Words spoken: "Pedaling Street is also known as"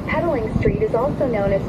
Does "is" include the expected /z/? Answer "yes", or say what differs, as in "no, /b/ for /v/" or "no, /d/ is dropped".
yes